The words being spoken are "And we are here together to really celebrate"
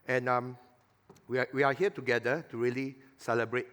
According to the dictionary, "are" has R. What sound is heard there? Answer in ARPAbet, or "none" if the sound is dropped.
W